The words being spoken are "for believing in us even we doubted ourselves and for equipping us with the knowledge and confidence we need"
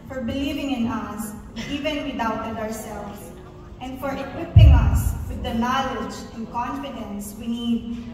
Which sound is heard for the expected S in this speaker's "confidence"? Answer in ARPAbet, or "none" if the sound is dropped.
S